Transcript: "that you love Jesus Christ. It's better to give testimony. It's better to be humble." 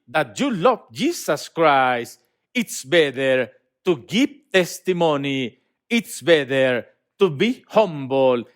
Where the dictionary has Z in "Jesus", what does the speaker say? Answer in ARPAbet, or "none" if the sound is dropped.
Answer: S